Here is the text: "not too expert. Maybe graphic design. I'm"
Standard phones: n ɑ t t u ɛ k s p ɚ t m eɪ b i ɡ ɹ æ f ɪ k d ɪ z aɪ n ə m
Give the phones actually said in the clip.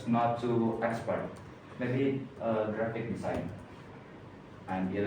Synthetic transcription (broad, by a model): n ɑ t t u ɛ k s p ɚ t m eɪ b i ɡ ɹ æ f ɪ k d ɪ s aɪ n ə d